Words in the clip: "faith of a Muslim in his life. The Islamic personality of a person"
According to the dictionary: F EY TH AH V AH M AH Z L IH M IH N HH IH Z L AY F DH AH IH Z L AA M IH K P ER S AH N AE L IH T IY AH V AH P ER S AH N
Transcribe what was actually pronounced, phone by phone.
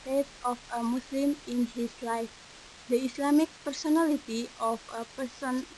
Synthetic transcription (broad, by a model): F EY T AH F AH M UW S L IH M IH N HH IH S L AY F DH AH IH S L AA M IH K P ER S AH N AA L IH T IY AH F AH P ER S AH N